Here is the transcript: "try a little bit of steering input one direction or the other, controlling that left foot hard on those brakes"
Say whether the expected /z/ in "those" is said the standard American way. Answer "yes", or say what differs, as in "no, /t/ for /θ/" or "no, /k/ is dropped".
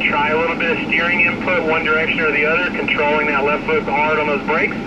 yes